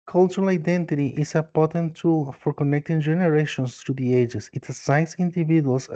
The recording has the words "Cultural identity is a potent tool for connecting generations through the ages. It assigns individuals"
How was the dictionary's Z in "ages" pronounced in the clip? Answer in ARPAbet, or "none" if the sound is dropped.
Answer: S